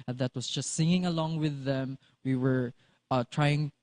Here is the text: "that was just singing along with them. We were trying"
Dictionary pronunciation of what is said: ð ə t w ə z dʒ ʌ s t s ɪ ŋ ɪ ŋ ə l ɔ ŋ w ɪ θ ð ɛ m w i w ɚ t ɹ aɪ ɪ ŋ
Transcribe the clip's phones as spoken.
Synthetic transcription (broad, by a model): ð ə t w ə s dʒ ʌ s t s ɪ ŋ ɪ ŋ ə l ɔ ŋ w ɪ ð ɛ m w i w ɚ t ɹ aɪ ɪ ŋ